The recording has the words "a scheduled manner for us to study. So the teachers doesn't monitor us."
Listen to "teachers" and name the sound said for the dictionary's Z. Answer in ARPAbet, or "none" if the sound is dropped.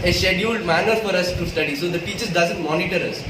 none